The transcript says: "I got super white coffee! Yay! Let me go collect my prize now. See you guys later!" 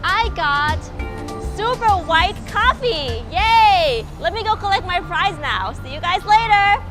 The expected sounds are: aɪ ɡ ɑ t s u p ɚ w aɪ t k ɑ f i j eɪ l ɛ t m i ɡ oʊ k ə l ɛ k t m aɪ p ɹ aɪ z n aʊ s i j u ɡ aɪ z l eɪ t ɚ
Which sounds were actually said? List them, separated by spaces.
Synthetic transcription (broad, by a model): aɪ ɡ ɑ t s u p ɚ w aɪ t k ɑ f i j eɪ l ɛ t m i ɡ oʊ k ə l ɛ k t m aɪ p ɹ aɪ z n aʊ s i j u ɡ aɪ z l eɪ t ɚ